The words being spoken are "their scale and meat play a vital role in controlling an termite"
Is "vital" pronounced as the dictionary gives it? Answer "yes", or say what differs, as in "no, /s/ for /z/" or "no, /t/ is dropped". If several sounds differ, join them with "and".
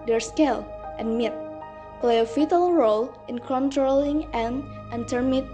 no, /f/ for /v/